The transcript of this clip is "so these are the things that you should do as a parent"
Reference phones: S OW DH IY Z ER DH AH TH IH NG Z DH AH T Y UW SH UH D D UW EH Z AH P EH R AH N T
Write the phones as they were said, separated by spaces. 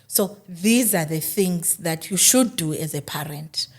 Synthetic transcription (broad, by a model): S OW DH IY Z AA DH AH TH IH NG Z DH AH T Y UW SH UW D D UW EH Z AH P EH R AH N T